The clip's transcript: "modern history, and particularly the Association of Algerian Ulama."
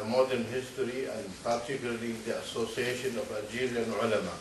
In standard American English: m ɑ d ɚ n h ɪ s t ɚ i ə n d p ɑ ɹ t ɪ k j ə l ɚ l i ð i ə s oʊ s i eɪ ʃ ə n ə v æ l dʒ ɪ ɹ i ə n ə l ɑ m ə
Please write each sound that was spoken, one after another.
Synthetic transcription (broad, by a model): m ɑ d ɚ n h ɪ s t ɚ i ə n d p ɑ ɹ t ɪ k j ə l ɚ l i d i ə s oʊ s i eɪ ʃ ə n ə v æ dʒ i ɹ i n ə l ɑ m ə